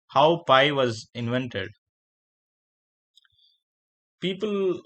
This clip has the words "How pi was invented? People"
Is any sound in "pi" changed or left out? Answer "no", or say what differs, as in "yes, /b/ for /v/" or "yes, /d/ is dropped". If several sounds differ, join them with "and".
no